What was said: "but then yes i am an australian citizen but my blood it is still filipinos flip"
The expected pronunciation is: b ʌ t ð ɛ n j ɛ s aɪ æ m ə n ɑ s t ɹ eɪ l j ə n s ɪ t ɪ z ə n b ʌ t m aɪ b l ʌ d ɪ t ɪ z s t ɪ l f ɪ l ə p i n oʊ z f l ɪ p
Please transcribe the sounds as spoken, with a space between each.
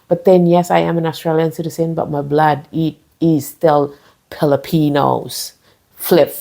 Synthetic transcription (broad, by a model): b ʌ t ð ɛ n j ɛ s aɪ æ m ə n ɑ s t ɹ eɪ l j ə n s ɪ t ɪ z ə n b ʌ t m aɪ b l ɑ d ɪ t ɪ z s t ɪ l p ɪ l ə p i n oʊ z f l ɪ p